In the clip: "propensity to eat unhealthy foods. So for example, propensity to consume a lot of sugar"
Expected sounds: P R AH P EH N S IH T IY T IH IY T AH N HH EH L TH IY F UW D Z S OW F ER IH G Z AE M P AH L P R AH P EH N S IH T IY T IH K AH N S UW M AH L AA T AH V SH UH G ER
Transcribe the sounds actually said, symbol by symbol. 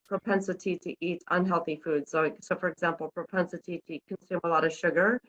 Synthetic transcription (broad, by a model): P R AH P EH N S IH T IY T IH IY T AH N HH EH L TH IY F UW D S S OW F ER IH G Z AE M P L P R AH P EH N S IH T IY T IH K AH N S UW M AH L AA T AH V SH UH G ER